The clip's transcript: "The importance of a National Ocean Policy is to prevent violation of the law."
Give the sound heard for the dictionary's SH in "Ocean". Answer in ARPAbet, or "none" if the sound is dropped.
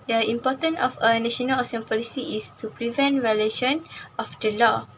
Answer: S